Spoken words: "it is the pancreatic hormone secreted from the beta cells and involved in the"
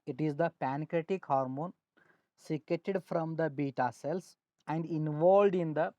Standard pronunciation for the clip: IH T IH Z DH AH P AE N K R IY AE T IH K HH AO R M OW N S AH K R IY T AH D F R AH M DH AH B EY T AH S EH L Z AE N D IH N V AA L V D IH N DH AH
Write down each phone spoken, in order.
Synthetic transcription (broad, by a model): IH T IH Z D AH P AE N K R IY T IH K HH AO R M OW N S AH K EH T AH D F R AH M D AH B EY T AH S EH L S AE N D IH N V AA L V D IH N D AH